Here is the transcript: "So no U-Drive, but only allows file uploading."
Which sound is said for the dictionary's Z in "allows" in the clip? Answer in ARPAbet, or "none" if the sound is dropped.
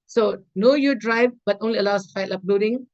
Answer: S